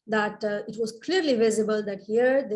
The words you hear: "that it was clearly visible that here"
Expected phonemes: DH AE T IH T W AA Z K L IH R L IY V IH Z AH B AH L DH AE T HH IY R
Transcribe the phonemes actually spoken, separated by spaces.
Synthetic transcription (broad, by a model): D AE T IH T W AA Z K L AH R L IY V IH Z AH B AH L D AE T HH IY R